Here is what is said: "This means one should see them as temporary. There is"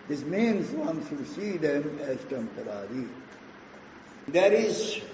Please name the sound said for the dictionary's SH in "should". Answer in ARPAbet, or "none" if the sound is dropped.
S